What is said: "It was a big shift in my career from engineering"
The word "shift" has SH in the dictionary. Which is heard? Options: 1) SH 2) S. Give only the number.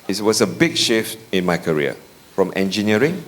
1